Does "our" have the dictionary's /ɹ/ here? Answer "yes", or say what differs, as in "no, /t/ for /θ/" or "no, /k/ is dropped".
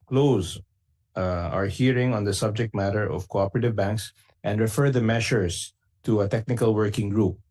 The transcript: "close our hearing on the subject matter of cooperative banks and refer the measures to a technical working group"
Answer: yes